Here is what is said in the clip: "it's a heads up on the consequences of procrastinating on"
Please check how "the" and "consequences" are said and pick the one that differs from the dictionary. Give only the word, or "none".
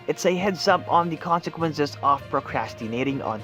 none